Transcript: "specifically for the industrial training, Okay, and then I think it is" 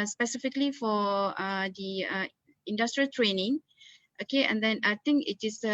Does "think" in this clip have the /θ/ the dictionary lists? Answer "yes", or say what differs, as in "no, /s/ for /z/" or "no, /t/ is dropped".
no, /t/ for /θ/